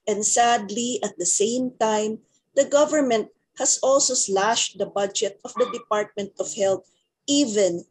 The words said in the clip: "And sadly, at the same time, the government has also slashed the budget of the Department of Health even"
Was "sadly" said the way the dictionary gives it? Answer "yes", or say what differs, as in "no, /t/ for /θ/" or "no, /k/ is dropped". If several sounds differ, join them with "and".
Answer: yes